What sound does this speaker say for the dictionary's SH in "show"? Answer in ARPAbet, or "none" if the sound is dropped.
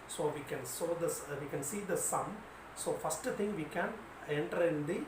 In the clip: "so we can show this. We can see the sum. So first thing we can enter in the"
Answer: S